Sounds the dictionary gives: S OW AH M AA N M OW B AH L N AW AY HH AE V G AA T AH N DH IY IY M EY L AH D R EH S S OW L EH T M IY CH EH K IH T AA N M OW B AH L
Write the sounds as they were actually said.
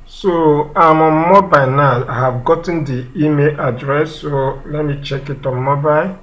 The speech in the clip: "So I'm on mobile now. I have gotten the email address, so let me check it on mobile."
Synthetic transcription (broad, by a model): S OW AH M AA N M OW B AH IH N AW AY HH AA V G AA T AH N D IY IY M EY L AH D R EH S S OW L EH T M IY CH EH K IH T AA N M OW B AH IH